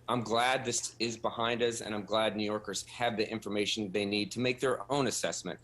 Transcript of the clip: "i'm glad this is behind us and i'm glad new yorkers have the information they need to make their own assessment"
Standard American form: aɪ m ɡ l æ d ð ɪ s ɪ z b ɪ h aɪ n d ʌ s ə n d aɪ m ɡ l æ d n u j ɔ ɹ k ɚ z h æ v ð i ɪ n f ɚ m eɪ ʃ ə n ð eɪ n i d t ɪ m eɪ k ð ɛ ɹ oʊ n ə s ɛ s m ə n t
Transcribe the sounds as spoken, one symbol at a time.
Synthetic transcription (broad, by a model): aɪ m ɡ l æ d ð ɪ s ɪ z b ɪ h aɪ n d ʌ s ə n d aɪ m ɡ l æ d n u j ɔ ɹ k ɚ z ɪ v ð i ɪ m f ɚ m eɪ ʃ n ð eɪ n i d t ɪ m eɪ k ð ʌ ɹ oʊ n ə s ɛ s m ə n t